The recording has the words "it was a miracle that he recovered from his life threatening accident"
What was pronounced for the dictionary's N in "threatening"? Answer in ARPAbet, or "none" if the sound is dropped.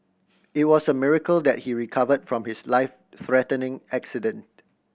N